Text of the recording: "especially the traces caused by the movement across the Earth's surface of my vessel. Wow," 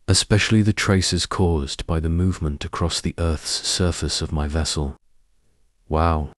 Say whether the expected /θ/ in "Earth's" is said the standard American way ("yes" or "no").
yes